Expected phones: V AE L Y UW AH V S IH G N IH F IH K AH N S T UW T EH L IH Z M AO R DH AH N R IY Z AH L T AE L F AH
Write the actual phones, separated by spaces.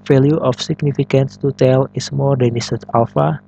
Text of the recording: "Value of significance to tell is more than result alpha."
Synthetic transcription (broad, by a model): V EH L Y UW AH F S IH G N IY F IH K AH N S T UW T EH L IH S M AO R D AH N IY S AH T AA L F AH